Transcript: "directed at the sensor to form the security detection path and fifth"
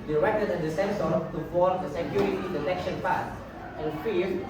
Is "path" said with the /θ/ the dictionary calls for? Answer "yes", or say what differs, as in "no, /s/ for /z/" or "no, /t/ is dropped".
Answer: no, /s/ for /θ/